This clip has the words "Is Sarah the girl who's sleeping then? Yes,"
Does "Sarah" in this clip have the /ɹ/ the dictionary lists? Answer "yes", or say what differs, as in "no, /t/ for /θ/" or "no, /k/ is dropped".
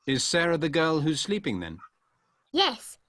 yes